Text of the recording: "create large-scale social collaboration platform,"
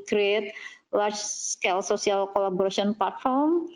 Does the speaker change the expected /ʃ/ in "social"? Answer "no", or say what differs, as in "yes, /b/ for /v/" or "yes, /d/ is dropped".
yes, /s/ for /ʃ/